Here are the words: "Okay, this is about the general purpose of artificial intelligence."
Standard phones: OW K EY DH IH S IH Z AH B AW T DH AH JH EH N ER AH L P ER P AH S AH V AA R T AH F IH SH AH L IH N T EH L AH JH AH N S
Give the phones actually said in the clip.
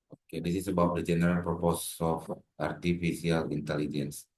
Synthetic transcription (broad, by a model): OW K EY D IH S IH S AH B AW T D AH JH EH N ER AH L P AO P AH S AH F AA R T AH F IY S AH L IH N T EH L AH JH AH N S